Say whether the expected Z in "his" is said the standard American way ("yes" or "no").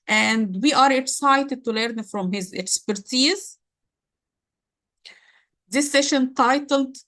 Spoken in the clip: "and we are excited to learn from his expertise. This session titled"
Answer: yes